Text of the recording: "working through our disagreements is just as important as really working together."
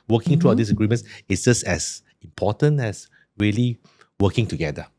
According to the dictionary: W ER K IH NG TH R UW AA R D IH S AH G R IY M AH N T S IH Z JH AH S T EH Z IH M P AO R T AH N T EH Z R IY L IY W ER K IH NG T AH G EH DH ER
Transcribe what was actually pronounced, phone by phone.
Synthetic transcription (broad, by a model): W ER K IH NG T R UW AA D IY S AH G R IY M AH N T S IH S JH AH S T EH S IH M P AO T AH N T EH S R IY L IY W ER K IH NG T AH G EH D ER